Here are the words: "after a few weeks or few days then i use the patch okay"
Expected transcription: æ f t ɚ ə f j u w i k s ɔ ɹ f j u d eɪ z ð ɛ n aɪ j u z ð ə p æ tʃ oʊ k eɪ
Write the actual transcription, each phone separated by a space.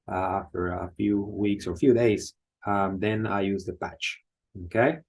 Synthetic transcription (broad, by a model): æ f t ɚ ə f j u w i k s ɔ ɹ f j u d eɪ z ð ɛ n aɪ j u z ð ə p æ tʃ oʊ k eɪ